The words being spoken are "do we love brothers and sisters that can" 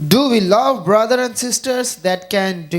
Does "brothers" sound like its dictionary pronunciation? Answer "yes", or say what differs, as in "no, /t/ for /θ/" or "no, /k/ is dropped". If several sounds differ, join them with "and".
no, /z/ is dropped